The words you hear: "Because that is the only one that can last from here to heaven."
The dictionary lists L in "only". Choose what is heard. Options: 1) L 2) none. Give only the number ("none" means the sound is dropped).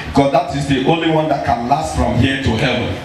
1